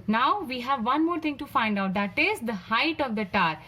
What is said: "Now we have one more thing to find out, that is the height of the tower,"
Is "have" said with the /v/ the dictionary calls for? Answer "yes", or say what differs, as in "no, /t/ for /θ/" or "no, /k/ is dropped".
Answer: yes